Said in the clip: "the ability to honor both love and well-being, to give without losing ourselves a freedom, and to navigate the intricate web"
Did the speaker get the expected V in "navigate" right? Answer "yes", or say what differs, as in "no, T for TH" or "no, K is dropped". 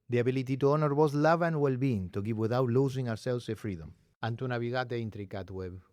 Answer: no, B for V